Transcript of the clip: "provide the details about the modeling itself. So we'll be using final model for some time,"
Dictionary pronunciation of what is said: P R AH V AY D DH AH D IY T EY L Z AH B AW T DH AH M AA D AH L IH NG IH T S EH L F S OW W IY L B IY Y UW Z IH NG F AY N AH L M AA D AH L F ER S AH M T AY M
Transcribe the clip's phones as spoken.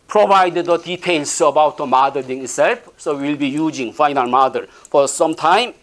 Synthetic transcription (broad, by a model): P R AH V AY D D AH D IY T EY L S AH B AW T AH M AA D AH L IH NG IH T S EH L F S OW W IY L B IY Y UW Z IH NG F AY N AH L M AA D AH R F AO S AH M T AY M